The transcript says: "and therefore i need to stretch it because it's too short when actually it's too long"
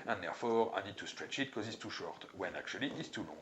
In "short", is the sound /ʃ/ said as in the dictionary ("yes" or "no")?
yes